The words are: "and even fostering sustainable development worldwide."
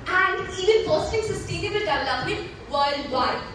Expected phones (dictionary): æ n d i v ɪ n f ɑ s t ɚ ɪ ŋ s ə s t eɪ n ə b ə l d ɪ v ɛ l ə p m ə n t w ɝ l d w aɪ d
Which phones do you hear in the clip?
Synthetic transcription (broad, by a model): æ n d i v ɪ n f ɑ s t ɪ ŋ s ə s t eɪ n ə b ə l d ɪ ɪ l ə m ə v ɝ l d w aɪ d